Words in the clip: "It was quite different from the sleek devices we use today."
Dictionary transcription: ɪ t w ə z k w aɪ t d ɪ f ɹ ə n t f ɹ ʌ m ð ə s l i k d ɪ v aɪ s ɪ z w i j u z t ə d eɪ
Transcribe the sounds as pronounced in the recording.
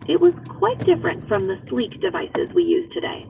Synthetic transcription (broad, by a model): ɪ t w ə z k w aɪ t d ɪ f ɹ ə n t f ɹ ʌ m ð ə s l i k d ɪ v aɪ s ɪ z w i j u z t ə d eɪ